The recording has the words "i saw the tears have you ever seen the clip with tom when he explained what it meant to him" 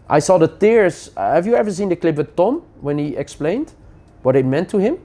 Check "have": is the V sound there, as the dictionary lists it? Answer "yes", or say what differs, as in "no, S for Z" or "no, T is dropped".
yes